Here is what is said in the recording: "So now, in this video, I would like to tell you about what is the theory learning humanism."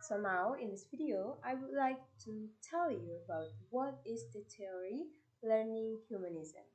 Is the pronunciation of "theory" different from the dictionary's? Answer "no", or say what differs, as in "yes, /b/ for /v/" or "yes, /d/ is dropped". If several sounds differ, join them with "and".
yes, /t/ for /θ/